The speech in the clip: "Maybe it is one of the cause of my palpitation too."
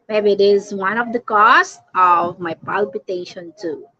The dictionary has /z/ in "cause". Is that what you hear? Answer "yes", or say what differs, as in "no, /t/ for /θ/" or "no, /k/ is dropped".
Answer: no, /s/ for /z/